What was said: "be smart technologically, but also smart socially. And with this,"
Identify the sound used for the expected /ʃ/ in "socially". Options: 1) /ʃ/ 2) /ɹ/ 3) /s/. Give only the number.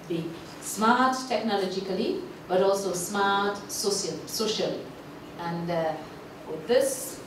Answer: 1